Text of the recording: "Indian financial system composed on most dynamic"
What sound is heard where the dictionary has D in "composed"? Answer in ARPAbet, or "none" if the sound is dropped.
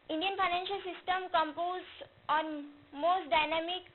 none